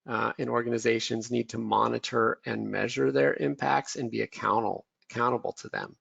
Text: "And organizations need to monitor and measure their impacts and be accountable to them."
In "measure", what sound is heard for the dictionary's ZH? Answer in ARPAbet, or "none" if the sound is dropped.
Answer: ZH